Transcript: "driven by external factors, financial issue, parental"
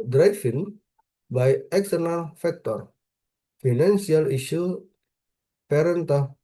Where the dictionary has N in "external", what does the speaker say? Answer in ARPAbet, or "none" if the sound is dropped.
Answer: N